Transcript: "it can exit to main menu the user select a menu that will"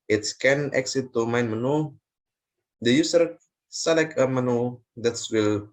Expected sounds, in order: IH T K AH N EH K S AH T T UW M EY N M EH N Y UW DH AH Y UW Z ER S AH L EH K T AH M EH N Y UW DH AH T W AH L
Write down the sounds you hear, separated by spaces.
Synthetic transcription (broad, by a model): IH T K AH N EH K S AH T T UW M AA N M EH N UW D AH Y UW S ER S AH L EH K AH M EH N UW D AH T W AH L